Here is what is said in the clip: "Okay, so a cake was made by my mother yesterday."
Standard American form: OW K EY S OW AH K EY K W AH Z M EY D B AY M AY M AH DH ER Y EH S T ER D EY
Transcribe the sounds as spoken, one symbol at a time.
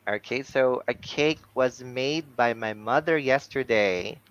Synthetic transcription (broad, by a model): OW K EY S OW AH K EY K W AH Z M EY D B AY M AY M AH DH ER Y EH S T ER D EY